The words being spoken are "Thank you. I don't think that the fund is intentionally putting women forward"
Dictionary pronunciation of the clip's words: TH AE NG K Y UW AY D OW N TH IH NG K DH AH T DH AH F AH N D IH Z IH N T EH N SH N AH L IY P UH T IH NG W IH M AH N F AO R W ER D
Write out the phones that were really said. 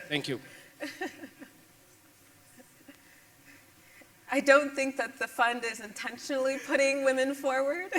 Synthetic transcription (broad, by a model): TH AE NG K Y UW AY D OW N TH IH NG K DH AH T DH AH F AH N D IH Z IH N T EH N SH N L IY P UH T IH NG W IH M AH N F AO R W ER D